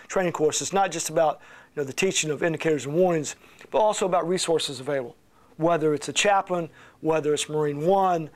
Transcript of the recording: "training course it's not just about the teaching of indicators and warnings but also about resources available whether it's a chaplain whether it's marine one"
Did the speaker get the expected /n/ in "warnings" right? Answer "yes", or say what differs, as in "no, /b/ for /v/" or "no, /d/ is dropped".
no, /n/ is dropped